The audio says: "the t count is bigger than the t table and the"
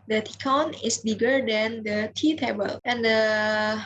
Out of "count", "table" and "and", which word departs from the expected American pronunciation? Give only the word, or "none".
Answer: count